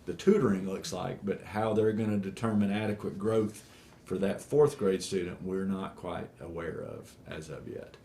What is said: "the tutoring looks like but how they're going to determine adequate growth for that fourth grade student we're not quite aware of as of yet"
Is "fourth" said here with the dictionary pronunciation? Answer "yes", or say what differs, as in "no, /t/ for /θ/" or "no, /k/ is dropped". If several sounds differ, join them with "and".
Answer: yes